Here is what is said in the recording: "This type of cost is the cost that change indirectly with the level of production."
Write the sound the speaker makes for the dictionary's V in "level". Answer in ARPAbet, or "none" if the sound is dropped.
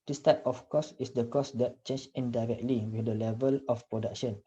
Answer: V